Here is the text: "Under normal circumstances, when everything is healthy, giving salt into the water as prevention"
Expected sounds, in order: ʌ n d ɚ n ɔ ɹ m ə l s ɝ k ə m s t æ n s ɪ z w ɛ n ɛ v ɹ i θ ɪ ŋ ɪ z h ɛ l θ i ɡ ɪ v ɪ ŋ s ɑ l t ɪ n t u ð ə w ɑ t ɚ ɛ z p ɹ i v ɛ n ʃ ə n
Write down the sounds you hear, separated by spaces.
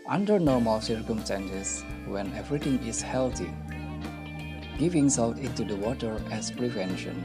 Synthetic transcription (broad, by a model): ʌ n d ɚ n ɔ ɹ m ə l s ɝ k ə m s t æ n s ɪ s w ɛ n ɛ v ɹ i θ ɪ ŋ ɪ s h ɛ l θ i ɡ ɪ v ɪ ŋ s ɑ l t ɪ n t u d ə w ɑ t ɚ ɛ s p ɹ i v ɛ n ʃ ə n